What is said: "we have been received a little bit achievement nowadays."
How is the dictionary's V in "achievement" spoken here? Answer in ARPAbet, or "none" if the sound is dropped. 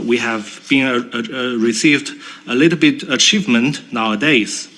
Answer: V